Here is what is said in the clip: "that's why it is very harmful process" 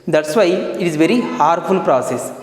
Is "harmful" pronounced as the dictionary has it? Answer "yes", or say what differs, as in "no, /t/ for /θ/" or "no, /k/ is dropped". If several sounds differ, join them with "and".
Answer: no, /m/ is dropped